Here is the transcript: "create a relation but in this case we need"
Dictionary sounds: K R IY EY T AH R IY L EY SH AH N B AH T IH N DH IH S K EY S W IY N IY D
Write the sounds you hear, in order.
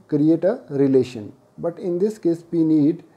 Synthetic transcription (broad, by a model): K R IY EY T AH R IY L EY SH AH N B AH T IH N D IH S K EY S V IY N IY D